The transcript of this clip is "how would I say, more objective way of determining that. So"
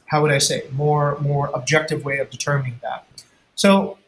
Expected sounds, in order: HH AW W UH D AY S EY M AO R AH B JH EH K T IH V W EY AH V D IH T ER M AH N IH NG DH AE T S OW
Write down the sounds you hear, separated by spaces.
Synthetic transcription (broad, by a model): HH AW W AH D AY S EY M AO R AH B JH EH K T IH V W EY AH V D IH T ER M AH N IH NG DH AE T S OW